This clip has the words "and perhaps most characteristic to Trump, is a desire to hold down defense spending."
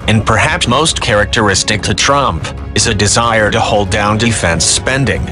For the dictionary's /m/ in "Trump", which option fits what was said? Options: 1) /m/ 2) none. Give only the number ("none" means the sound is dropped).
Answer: 1